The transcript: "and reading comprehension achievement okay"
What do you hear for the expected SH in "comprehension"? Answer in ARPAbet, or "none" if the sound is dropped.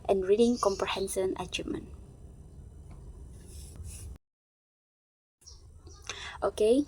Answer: S